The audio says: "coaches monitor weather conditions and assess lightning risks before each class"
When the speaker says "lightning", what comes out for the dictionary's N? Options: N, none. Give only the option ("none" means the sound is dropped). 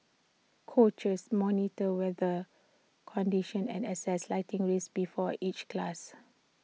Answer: none